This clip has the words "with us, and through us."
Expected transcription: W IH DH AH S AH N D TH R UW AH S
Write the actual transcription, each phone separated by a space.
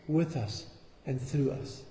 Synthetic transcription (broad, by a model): W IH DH AH S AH N TH R UW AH S